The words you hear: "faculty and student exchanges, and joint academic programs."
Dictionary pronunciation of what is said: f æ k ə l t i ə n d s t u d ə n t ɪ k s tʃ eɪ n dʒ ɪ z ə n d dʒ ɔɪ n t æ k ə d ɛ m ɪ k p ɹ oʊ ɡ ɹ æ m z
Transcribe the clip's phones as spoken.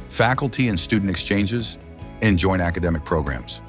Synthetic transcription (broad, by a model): f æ k l t i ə n s t u d n t ɪ k s tʃ eɪ n dʒ ɪ z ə n dʒ ɔɪ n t æ k ə d ɛ m ɪ k p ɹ oʊ ɡ ɹ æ m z